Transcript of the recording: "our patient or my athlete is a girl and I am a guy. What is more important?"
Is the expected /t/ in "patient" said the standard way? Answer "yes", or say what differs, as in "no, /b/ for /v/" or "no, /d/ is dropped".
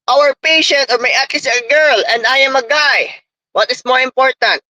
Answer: yes